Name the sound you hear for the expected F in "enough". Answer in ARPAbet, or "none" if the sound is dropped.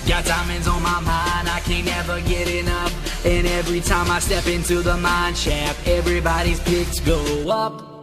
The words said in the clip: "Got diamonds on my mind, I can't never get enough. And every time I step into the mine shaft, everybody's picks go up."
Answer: P